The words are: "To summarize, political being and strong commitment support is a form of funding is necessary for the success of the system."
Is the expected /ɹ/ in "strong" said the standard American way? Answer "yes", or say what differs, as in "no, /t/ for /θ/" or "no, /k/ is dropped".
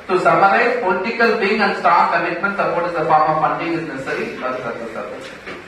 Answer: no, /ɹ/ is dropped